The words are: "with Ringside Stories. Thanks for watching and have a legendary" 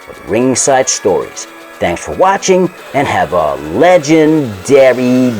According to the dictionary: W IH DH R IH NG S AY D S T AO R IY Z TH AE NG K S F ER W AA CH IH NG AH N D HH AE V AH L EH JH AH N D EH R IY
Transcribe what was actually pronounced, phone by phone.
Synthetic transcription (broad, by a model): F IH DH R IH NG S AY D S T AO R IY Z TH AE NG K S F ER W AA CH IH NG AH N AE V AH L EH JH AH N D EH R IY